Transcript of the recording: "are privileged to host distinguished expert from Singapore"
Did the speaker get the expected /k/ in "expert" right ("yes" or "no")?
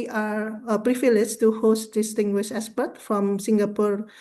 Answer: no